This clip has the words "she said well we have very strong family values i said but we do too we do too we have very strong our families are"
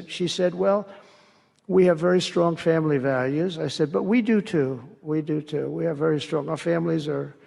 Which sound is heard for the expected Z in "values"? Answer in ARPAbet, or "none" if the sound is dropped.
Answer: Z